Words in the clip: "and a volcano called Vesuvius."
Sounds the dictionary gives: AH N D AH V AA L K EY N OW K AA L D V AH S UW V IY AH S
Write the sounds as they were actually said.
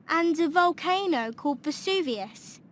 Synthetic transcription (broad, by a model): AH N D AH V AA L K EY N OW K AA L D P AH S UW V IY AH S